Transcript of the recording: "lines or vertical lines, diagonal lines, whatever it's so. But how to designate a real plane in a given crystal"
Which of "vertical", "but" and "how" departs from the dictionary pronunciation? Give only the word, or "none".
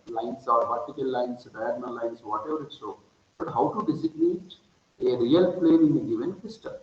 vertical